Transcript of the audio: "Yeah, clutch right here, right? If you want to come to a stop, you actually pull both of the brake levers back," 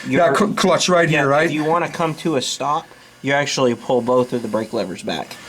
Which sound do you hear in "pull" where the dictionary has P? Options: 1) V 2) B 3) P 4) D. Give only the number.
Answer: 3